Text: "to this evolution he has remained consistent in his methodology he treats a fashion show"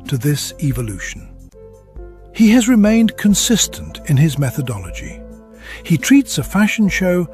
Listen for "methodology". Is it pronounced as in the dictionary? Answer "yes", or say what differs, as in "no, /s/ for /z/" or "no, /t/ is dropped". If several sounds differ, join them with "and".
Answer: yes